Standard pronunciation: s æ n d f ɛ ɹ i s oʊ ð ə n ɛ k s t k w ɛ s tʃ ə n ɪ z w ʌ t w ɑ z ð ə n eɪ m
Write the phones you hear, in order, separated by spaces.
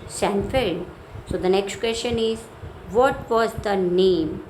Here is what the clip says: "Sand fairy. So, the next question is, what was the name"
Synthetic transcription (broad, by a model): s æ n f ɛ l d s oʊ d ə n ɛ k s t k w ɛ s tʃ ə n ɪ z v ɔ t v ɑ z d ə n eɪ m